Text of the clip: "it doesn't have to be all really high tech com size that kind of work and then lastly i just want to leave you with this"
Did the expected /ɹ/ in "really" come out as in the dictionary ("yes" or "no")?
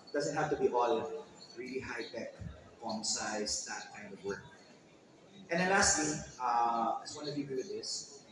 yes